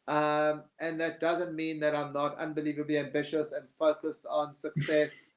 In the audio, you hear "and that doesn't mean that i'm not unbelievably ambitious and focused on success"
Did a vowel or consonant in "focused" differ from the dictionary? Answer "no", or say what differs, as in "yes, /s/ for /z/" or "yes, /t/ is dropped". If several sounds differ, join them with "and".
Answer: no